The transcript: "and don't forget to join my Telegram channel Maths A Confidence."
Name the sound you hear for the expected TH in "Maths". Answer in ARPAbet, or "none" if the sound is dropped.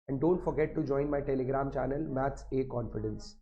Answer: T